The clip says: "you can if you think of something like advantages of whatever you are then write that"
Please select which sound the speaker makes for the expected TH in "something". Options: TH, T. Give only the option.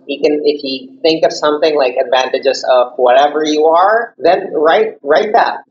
TH